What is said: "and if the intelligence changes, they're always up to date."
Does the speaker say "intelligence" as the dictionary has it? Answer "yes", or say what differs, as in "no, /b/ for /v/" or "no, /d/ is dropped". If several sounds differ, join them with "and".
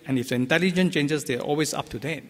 no, /s/ is dropped